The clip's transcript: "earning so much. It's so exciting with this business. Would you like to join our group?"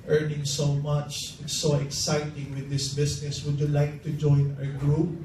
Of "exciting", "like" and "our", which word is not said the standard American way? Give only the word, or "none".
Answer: none